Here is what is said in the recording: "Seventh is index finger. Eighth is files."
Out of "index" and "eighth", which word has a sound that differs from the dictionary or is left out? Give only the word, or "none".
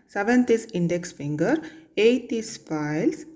eighth